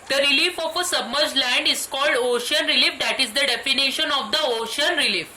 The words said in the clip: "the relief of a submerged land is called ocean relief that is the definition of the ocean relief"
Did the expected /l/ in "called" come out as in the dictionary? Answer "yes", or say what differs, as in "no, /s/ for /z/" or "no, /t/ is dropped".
yes